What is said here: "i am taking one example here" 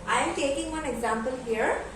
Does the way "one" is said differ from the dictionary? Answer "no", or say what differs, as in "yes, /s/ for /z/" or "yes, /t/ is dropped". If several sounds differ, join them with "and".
no